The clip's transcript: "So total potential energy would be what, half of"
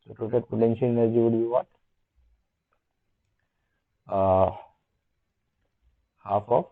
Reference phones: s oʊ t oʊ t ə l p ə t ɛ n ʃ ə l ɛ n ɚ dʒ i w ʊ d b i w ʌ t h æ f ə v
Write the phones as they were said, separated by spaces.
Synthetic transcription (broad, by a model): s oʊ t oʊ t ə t p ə t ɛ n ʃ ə n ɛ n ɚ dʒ i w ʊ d b i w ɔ t h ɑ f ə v